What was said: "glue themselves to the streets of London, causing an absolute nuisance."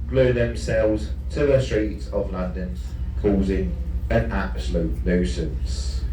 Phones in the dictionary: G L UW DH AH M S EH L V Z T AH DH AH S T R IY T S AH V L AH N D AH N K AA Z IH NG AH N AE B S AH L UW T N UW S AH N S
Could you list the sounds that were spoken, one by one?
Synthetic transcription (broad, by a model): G L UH DH AH M S EH L V Z T AH DH AH S T R IY T S AH V L AH N D AH N K AA Z IH NG AH N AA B S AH L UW T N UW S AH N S